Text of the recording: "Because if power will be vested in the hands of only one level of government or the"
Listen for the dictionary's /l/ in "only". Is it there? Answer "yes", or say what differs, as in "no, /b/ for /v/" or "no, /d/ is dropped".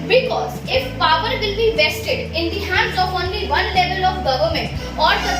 yes